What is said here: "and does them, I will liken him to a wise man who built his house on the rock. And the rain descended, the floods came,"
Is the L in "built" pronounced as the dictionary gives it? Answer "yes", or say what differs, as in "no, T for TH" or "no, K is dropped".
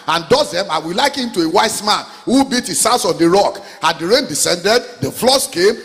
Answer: no, L is dropped